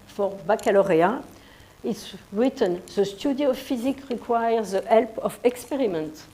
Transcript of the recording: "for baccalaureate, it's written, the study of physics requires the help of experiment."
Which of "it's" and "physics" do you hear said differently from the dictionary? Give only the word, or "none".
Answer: physics